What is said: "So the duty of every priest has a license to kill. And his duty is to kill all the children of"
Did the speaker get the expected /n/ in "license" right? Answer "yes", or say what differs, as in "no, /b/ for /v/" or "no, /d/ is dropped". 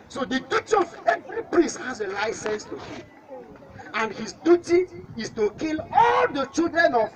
yes